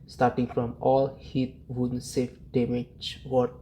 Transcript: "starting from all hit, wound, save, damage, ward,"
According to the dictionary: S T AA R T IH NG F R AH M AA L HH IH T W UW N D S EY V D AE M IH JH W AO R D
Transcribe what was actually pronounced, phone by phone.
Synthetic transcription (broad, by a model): S T AA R T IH NG F R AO M AA L HH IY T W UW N S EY F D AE M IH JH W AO